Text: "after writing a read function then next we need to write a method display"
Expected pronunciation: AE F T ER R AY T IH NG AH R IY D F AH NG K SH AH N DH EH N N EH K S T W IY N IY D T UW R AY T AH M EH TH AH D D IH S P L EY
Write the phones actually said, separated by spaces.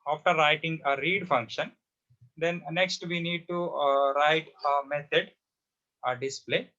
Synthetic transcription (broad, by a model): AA F T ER R AY T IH NG AH R IY D F AH NG K SH AH N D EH N N EH K S T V IY N IY D T UW R AY T AH M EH T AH D D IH S P L EY